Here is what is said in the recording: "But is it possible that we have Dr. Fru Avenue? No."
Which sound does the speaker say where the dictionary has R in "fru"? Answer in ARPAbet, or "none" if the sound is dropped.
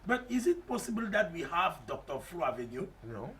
L